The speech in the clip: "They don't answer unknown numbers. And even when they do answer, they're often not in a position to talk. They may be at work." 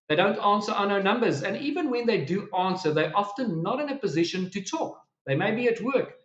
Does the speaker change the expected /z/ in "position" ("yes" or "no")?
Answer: no